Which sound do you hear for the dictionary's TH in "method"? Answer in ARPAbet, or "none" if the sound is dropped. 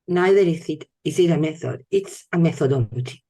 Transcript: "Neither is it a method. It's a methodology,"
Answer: TH